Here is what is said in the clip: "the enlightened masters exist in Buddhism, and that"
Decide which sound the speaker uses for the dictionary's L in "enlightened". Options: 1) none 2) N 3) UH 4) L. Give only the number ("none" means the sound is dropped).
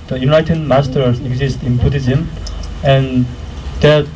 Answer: 1